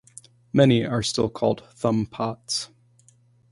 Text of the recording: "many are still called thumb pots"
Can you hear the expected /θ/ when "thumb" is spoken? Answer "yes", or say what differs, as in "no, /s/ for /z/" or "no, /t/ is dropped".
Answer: yes